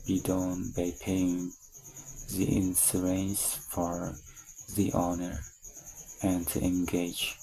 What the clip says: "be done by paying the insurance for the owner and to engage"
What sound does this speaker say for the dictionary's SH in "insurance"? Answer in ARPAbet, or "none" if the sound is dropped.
S